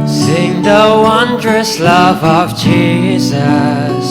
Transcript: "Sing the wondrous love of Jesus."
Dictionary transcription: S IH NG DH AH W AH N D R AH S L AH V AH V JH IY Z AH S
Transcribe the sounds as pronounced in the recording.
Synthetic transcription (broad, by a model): S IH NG DH AH W AH N D R AH S L AH V AH V JH IY Z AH S